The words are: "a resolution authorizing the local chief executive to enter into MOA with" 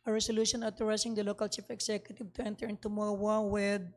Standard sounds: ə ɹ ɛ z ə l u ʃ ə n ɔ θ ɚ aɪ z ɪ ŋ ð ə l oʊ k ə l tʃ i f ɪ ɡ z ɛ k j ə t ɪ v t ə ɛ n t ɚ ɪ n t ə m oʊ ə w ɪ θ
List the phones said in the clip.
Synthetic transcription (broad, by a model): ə ɹ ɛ s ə l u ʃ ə n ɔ t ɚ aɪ s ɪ ŋ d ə l oʊ k ə l tʃ i f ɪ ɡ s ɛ k j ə t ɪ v t ə ɛ n t ɚ ɪ n t ə m oʊ ə w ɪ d